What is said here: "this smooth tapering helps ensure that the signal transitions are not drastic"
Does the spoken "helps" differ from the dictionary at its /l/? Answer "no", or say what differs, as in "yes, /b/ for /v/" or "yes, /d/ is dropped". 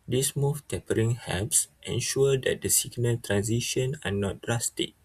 yes, /l/ is dropped